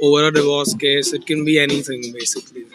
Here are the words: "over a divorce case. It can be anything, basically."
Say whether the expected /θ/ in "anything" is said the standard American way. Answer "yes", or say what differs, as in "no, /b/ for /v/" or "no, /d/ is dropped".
no, /t/ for /θ/